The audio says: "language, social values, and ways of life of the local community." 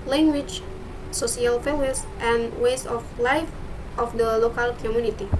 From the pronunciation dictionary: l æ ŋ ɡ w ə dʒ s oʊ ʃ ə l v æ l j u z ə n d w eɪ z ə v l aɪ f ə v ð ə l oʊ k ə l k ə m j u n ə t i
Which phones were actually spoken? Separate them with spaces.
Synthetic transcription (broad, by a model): l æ ŋ ɡ w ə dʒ s oʊ s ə l f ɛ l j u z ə n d w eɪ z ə f l aɪ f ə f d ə l oʊ k ə l k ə m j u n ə t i